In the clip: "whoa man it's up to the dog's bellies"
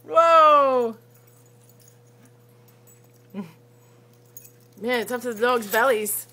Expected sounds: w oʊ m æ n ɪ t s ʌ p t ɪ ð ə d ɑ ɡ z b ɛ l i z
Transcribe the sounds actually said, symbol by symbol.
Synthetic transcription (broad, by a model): w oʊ m æ n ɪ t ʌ f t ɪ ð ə d ɑ ɡ z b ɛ l i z